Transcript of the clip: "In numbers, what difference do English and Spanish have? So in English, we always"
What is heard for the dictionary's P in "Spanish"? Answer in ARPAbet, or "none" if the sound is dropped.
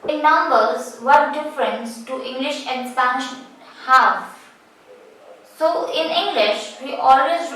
none